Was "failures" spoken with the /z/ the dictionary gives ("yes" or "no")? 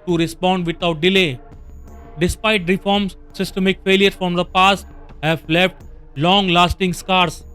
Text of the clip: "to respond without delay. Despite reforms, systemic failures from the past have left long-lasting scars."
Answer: no